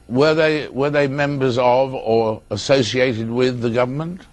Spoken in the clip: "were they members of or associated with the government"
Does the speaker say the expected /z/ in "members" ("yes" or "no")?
yes